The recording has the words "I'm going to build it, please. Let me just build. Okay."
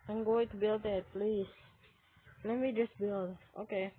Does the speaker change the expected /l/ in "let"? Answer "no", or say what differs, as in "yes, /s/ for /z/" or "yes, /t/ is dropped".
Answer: no